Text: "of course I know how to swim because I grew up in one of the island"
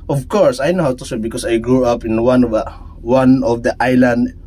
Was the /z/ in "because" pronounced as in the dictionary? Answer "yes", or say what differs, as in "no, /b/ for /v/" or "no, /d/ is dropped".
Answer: no, /s/ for /z/